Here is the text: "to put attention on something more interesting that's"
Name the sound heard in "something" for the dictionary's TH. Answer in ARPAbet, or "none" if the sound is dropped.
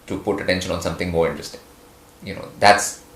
T